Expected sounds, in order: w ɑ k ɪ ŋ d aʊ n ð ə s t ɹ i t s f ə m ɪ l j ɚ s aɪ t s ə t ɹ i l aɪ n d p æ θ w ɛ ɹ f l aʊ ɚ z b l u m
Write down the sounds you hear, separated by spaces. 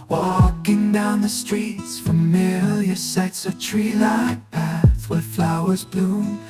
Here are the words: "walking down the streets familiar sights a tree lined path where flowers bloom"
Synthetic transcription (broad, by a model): w ɑ k ɪ ŋ d aʊ n ð ə s t ɹ i t s f ə m ɪ l j ɚ s aɪ t s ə t ɹ i l aɪ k p æ θ w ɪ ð f l aʊ ɚ z b l u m